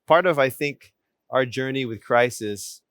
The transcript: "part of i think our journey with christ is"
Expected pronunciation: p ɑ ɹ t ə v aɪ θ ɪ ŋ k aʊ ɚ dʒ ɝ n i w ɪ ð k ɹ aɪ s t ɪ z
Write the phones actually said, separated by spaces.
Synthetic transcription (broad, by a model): p ɑ ɹ t ə v aɪ θ ɪ ŋ k aʊ ɚ dʒ ɝ n i w ɪ ð k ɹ aɪ s ɪ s